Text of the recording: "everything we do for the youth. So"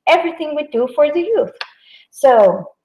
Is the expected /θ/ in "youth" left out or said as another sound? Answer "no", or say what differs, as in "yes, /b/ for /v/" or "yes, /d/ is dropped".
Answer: no